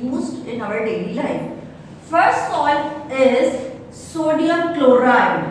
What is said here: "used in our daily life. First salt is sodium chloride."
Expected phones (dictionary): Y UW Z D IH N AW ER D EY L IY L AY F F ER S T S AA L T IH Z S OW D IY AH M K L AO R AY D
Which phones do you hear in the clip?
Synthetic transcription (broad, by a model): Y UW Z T IH N AW ER D EY L IY L AY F F ER S T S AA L IH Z S OW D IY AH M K L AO R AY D